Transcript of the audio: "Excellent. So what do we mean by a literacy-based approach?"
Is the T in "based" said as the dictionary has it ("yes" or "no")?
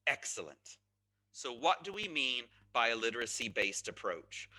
yes